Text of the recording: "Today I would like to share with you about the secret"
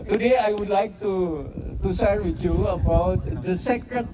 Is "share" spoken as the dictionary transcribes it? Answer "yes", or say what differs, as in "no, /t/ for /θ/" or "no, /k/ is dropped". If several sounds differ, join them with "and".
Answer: no, /s/ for /ʃ/